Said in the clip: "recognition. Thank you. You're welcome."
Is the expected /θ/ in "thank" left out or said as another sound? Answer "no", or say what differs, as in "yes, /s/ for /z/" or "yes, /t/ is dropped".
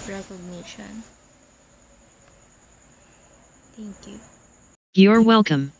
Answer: yes, /t/ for /θ/